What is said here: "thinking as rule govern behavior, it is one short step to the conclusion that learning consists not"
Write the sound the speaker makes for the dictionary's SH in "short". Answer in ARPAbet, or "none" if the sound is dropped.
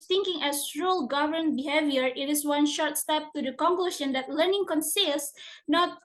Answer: SH